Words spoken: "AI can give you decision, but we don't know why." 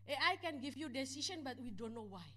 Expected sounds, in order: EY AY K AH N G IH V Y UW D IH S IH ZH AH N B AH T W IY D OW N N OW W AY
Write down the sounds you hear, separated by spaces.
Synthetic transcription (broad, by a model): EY AY K AH N G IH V Y UW D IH S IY SH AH N B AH T W IY D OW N N OW W AY